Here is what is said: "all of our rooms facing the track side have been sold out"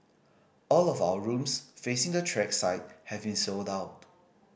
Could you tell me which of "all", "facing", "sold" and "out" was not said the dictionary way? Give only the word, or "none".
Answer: none